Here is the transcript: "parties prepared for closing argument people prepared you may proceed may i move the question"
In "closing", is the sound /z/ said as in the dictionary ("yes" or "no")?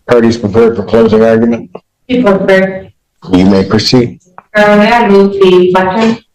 yes